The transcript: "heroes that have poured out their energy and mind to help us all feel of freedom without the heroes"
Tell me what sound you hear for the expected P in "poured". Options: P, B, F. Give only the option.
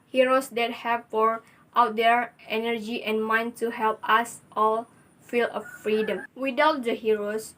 F